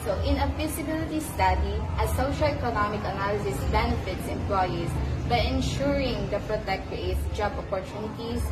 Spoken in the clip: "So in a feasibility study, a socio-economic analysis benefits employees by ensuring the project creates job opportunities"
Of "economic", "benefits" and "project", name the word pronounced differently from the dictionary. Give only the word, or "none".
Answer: project